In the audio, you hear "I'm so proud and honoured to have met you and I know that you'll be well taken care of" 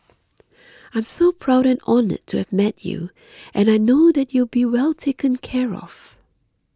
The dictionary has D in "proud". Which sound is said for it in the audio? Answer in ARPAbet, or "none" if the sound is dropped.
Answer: D